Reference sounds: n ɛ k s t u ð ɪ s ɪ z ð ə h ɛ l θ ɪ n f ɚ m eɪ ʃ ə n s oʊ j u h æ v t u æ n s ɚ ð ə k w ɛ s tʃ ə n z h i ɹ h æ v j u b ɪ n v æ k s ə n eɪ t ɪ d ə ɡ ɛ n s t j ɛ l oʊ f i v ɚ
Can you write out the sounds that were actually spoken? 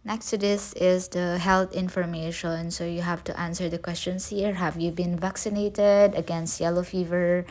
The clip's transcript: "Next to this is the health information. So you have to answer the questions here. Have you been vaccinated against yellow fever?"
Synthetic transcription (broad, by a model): n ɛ k s t u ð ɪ s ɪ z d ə h ɛ l t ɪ n f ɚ m eɪ ʃ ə n s oʊ j u h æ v t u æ n s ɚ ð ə k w ɛ s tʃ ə n s h i ɹ h æ v j u b ɪ n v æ k s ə n eɪ t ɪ d ə ɡ ɛ n s t j ɛ l oʊ f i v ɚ